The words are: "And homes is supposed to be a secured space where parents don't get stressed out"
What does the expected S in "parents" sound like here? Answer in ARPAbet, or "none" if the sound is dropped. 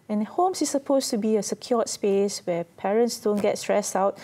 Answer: S